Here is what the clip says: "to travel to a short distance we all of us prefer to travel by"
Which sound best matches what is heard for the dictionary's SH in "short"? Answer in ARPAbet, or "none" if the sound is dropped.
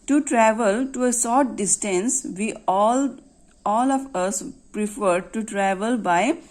S